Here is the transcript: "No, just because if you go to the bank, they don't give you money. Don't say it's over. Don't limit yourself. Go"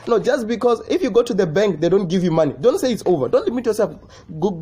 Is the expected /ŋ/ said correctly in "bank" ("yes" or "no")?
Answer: yes